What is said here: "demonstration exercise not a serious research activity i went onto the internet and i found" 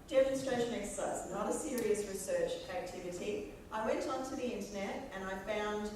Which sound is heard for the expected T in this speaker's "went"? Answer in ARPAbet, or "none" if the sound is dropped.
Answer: T